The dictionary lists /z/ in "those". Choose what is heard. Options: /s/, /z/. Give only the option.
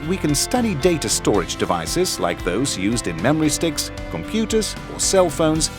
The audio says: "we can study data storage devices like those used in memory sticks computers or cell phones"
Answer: /z/